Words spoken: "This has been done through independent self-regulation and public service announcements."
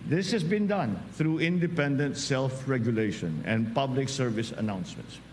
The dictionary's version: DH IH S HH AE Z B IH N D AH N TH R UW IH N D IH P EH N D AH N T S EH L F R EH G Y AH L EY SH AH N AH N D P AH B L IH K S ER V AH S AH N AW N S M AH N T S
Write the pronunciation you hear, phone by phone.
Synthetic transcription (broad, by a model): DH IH S HH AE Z B IH N D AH N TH R UW IH N D IH P EH N D AH N T S EH L F R EH G Y AH L EY SH AH N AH N P AH B L IH K S ER V AH S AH N AW N S M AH N T S